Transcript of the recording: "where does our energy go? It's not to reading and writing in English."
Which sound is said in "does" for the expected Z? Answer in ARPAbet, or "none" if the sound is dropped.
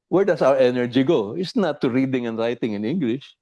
S